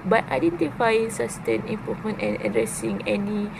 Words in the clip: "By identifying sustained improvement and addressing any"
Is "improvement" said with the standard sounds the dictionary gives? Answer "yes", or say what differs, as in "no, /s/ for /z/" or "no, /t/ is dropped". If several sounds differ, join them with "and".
no, /ɹ/ is dropped and /v/ is dropped